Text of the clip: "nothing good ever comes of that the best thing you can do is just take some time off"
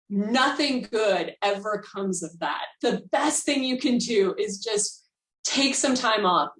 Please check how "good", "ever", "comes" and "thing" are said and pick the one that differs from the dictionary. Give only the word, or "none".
none